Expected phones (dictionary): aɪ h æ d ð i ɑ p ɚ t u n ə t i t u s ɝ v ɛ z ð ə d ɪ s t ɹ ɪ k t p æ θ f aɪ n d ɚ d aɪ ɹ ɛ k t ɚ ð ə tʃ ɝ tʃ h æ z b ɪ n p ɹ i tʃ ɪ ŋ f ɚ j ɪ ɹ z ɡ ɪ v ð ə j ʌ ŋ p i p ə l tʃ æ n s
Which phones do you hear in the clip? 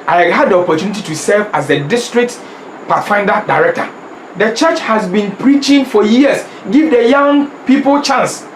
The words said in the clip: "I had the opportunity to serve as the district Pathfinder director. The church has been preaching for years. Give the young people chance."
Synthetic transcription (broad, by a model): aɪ h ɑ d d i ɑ p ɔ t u n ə t i t u s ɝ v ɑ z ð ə d ɪ s t ɹ ɪ k t p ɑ t f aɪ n d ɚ d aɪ ɹ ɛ k t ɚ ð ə tʃ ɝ tʃ h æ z b ɪ n p ɹ i tʃ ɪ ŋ f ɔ j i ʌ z ɡ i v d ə j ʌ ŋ p i p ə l tʃ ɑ n s